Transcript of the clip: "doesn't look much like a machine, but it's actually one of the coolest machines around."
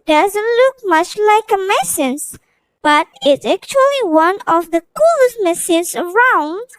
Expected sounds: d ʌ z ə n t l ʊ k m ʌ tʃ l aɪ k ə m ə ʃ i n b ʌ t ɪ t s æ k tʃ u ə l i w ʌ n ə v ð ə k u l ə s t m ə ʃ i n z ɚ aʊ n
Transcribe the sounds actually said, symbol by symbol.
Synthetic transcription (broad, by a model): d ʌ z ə n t l ʊ k m ʌ tʃ l aɪ k ə m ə s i n b ʌ t ɪ t s æ k tʃ u ə l i w ʌ n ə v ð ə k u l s m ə s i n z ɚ aʊ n